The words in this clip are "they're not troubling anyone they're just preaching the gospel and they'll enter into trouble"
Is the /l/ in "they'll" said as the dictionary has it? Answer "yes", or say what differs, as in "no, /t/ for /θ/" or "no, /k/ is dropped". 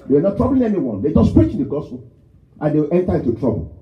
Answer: no, /w/ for /l/